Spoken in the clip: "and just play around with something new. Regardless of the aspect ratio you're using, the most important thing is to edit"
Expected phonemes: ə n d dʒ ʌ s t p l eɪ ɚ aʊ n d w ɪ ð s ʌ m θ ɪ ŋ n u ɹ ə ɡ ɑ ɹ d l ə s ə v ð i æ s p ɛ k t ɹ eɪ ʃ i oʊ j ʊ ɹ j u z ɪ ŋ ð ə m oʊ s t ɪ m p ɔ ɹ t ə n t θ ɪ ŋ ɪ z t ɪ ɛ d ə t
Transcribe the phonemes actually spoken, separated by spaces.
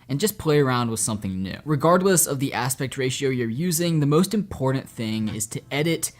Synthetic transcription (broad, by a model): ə n dʒ ʌ s p l eɪ ɚ aʊ n d w ɪ ð s ʌ m θ ɪ ŋ n u ɹ ə ɡ ɑ ɹ d l ə s ə v ð i æ s p ɛ k t ɹ eɪ ʃ i oʊ j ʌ ɹ j u z ɪ ŋ ð ə m oʊ s t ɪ m p ɔ ɹ t n θ ɪ ŋ ɪ z t ɪ ɛ d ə t